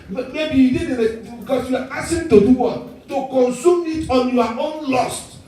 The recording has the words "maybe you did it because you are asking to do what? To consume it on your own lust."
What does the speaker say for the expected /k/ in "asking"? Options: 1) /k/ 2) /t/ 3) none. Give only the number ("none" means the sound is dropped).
3